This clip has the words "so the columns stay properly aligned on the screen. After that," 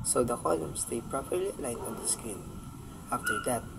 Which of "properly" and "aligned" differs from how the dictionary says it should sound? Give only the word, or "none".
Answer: aligned